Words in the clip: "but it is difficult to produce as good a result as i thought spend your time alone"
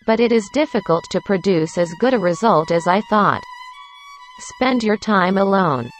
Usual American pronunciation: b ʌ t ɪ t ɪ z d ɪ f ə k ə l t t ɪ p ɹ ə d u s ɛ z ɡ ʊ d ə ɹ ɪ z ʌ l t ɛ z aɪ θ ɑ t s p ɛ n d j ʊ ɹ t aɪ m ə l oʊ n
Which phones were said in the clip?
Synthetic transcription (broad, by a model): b ʌ t ɪ t ɪ z d ɪ f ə k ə l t t ɪ p ɹ ə d u s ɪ z ɡ ʊ d ə ɹ ɪ z ʌ l t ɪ z aɪ θ ɑ t s p ɛ n d j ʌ ɹ t aɪ m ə l oʊ n